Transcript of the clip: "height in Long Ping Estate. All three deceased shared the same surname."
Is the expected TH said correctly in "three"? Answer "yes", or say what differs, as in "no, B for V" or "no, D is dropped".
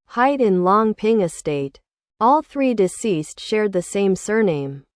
yes